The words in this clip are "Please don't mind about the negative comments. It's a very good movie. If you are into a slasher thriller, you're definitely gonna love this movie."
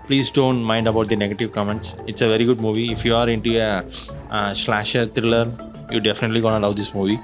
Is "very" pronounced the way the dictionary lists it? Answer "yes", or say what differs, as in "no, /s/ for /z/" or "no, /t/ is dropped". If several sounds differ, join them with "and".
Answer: yes